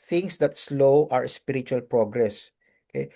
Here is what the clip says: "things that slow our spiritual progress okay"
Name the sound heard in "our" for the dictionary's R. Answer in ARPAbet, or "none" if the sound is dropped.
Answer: R